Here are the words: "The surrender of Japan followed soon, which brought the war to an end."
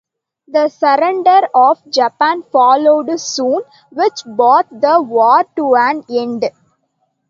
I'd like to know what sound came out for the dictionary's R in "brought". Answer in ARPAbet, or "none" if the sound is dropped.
none